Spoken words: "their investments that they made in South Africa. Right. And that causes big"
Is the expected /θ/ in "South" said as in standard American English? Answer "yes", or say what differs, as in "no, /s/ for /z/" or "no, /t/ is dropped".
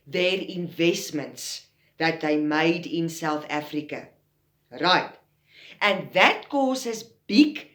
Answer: yes